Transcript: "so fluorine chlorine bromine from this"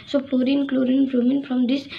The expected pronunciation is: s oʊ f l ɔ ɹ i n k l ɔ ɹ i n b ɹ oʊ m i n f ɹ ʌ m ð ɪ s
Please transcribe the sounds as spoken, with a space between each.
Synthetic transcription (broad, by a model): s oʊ p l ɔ ɹ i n k l ɔ ɹ i n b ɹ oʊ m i n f ɹ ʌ m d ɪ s